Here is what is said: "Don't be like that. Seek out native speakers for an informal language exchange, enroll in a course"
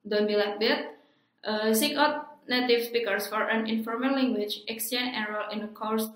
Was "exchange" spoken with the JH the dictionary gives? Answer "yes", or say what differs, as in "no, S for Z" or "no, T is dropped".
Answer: no, JH is dropped